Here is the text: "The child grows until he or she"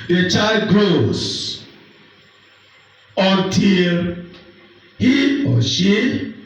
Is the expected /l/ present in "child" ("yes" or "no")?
yes